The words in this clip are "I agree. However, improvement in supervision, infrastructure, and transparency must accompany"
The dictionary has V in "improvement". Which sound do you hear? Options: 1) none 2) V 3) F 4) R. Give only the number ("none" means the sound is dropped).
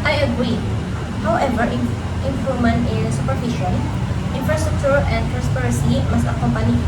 1